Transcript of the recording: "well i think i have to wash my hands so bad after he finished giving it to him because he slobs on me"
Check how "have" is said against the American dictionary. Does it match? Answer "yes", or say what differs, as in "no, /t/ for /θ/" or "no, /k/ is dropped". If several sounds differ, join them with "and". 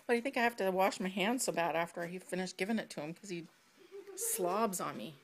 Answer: no, /f/ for /v/